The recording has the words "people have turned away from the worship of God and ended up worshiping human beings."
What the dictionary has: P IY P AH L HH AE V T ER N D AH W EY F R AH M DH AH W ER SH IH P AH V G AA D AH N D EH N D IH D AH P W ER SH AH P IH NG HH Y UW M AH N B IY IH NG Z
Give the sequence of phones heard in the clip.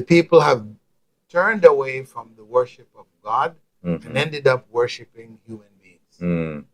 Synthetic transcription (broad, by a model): P IY P L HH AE V T ER N D AH W EY F R AH M DH AH W ER SH IH P AH V G AA D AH N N EH N D IH D AH P W ER SH AH P IH NG HH Y UW M AH N B IY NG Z